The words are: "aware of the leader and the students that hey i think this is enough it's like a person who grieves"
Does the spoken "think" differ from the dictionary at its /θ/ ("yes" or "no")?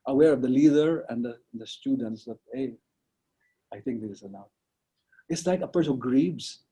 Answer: yes